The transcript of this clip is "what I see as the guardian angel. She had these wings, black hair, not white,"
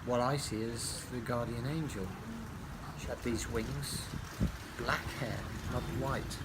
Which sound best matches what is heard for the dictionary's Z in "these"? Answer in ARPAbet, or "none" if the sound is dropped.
Z